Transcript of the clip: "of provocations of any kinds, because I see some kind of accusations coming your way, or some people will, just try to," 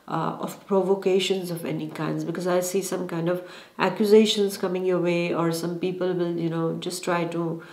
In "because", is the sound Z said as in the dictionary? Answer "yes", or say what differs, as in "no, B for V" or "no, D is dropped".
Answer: yes